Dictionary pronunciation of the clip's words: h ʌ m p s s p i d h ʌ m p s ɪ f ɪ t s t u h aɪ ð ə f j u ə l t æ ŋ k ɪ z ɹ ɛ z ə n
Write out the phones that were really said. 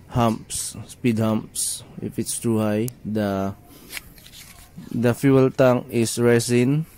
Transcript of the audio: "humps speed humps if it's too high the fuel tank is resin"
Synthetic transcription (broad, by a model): h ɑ m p s s p i d h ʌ m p s ɪ f ɪ t s t u h aɪ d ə f j u ə l t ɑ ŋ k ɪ s ɹ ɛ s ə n